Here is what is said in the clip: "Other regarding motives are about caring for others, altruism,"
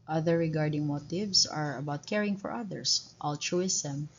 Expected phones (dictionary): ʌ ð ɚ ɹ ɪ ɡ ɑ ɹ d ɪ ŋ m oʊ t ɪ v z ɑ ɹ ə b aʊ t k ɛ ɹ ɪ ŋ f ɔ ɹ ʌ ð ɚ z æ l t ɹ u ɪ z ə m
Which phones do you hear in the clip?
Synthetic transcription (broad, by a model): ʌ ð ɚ ɹ ɪ ɡ ɑ ɹ d ɪ ŋ m oʊ t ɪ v s ɑ ɹ ə b aʊ t k ɛ ɹ ɪ ŋ f ɔ ɹ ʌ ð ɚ s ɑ l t ɹ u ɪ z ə m